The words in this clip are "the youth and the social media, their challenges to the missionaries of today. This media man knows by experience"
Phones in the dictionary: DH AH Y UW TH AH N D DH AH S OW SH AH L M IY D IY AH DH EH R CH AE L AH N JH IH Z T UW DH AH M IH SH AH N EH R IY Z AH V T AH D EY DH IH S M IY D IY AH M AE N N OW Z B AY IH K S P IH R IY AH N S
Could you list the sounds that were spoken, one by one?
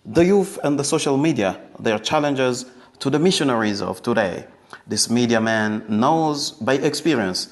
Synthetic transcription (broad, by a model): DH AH Y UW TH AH N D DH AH S OW SH AH L M IY D IY AH DH EH R CH AE L AH N JH IH Z T UW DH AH M IH SH AH N EH R IY Z AH V T AH D EY DH IH S M IY D IY AH M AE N N OW Z B AY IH K S P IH R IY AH N S